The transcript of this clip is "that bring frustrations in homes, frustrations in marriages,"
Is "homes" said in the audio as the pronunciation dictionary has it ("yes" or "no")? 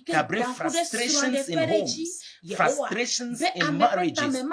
no